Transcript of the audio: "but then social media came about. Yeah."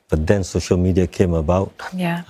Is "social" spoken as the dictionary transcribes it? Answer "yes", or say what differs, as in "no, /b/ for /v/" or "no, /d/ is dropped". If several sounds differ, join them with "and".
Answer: yes